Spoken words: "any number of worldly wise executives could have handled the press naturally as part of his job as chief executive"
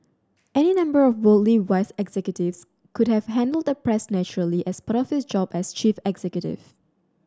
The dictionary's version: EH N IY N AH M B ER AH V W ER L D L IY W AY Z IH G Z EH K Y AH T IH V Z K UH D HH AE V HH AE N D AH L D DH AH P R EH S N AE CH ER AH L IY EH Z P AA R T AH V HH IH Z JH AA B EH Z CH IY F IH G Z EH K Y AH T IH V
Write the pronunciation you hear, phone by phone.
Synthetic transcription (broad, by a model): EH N IY N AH M B ER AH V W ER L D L IY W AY S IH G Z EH K Y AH T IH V S K UH D HH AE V HH AE N D AH L D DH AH P R EH S N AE CH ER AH L IY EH S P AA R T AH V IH S JH AA B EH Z CH IY F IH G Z EH K Y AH T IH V